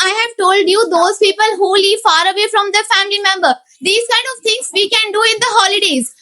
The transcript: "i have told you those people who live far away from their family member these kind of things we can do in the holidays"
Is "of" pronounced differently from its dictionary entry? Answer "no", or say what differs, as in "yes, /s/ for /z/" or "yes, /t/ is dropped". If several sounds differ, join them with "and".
no